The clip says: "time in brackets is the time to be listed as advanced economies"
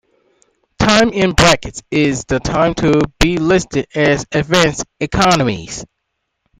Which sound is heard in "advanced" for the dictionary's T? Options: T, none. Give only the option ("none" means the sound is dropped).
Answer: none